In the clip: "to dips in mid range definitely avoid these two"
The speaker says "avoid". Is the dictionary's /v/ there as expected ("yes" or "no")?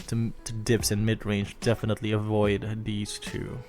yes